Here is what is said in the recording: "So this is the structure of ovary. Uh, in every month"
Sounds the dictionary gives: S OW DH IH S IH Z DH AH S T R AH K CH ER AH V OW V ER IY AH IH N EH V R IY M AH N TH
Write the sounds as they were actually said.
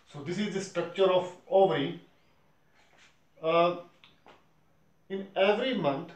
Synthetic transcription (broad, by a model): S OW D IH S IH Z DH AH S T R AH K CH ER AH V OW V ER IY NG IH N EH V R IY M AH N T